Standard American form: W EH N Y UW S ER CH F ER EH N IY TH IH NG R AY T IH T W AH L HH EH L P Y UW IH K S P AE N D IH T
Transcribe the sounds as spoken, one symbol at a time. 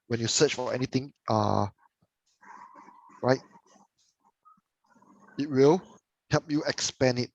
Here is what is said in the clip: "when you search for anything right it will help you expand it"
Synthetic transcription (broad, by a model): W EH N Y UW S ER CH F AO EH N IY T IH NG R AY T IH T W AH L HH EH L P Y UW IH K S P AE N IH T